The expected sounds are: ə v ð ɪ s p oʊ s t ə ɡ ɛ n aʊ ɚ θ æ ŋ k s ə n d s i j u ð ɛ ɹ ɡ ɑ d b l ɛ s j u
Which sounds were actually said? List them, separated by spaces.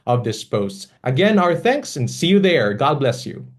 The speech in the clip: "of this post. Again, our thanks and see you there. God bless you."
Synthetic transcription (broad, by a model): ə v ð ɪ s p oʊ s t ə ɡ ɛ n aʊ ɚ θ æ ŋ k s ə n d s i j u ð ɛ ɹ ɡ ɑ d b l ɛ s j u